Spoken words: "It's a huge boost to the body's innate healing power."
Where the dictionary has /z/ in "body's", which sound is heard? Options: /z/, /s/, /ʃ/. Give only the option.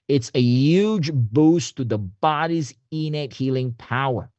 /z/